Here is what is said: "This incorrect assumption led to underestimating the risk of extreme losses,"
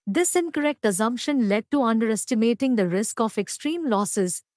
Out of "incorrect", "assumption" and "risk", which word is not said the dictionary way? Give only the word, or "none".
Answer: none